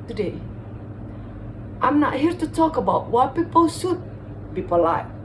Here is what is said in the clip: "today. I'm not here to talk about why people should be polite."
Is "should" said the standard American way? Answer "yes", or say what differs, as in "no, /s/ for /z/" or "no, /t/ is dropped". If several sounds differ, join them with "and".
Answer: no, /s/ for /ʃ/